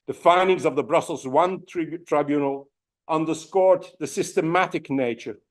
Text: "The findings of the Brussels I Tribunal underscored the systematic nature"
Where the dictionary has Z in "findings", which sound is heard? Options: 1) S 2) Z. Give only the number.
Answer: 2